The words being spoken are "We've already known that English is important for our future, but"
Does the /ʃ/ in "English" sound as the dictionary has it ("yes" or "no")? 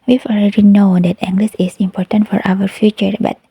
no